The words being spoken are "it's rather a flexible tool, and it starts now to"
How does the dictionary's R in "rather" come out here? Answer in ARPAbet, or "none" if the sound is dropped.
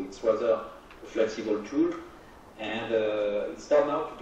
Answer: W